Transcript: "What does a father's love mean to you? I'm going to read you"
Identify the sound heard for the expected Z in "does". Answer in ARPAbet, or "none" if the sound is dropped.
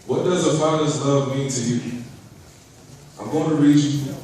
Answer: Z